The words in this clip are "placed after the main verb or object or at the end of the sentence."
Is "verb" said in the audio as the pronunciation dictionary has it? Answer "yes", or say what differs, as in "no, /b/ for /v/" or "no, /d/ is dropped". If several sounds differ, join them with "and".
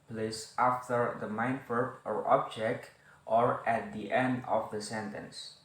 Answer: no, /f/ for /v/